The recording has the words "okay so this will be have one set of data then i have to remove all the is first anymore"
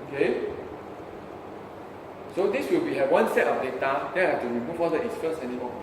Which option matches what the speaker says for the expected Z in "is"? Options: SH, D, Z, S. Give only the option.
S